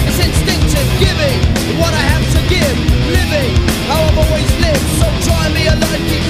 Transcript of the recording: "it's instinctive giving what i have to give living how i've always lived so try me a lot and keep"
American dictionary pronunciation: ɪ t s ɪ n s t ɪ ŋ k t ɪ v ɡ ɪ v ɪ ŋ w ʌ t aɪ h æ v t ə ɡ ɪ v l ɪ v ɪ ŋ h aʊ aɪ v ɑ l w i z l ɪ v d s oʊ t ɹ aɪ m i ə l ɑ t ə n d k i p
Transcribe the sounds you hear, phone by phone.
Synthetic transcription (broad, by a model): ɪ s ɪ n s t ɪ ŋ k t ɪ v ɡ ɪ v ɪ ŋ w ʌ t aɪ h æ f t ə ɡ ɪ v l ɪ v ɪ ŋ h aʊ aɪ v ɑ l w i z l ɪ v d s oʊ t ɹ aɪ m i ə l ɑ ə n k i